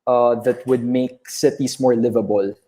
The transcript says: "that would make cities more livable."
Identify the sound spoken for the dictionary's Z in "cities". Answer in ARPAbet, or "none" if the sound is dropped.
S